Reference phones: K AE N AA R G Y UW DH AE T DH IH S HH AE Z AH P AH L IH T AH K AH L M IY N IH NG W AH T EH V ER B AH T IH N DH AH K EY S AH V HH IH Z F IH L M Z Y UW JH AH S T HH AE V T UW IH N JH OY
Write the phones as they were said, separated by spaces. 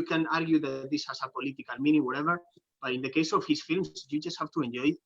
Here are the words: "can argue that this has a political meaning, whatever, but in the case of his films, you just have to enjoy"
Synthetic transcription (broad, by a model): K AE N AA R G Y UW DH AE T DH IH S HH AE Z AH P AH L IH T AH K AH L M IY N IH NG W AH T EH V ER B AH T IH N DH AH K EY S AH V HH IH S F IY L M S Y UW JH AH S T HH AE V T UW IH N JH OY